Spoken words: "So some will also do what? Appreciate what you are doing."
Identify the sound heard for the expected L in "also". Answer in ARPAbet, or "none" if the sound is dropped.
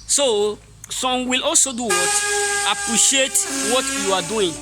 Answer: L